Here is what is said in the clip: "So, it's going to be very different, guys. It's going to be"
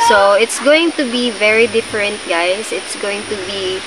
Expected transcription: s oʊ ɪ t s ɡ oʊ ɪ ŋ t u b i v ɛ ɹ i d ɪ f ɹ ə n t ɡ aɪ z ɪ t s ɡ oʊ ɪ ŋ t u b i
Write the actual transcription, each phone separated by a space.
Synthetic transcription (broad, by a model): s oʊ ɪ t s ɡ oʊ ɪ ŋ t u b i v ɛ ɹ i d ɪ f ɹ ə n t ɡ aɪ s ɪ t s ɡ oʊ ɪ ŋ t u b i